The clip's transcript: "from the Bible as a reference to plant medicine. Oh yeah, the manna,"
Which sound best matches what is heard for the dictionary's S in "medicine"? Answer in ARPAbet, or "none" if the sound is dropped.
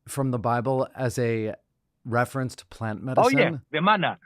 none